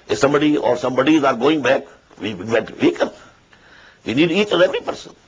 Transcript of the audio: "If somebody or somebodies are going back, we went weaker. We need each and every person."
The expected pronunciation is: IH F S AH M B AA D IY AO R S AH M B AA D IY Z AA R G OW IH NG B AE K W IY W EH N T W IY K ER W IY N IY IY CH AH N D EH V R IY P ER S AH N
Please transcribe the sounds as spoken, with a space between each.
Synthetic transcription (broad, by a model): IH S AH M B AA D IY AO R S AH M B AA D IY Z AA R G OW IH NG B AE K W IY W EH T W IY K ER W IY N IY IY CH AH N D EH V R IY P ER S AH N